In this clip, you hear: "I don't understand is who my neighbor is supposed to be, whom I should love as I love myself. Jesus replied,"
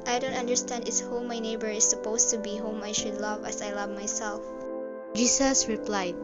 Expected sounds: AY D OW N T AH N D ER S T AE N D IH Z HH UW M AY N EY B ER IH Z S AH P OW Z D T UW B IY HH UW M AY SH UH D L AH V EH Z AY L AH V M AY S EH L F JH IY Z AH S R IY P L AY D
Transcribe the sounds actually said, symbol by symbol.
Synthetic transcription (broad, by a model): AY D OW N T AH N D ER S T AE N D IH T HH UW M AY N EY B ER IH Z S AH P OW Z T UW B IY HH UW M AY SH UH D L AH V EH S AY L AH V M AY S EH L F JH IY S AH S R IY P L AY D